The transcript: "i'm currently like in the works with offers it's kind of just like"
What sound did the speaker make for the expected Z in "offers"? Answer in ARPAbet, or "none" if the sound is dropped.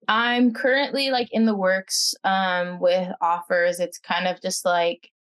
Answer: Z